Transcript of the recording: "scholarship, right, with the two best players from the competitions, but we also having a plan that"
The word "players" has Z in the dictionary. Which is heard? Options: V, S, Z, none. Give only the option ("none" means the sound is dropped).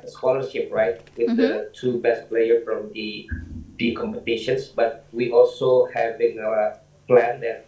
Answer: none